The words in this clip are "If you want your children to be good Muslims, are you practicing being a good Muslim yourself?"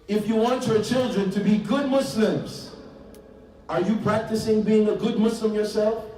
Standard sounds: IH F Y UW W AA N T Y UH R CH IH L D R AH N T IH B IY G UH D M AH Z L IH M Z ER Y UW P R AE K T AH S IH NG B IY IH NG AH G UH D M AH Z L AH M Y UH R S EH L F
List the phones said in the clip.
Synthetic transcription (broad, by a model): IH F Y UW W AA N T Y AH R CH IH L D R AH N T IH B IY G UH D M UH S L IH M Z ER Y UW P R AE K T AH S IH NG B IY IH NG AH G UH D M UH S L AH M Y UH R S EH L F